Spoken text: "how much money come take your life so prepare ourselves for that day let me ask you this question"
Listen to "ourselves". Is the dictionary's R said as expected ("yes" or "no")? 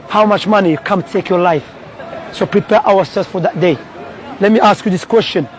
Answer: no